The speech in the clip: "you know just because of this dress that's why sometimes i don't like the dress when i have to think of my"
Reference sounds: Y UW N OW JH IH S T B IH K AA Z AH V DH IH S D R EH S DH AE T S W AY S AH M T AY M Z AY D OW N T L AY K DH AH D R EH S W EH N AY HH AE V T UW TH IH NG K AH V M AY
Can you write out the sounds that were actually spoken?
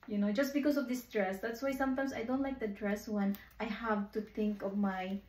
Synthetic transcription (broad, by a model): Y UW N OW JH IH S B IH K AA S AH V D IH S D R EH S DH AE T S W AY S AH M T AY M S AY D OW N T L AY K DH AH D R EH S W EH N AY HH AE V T UW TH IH NG K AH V M AY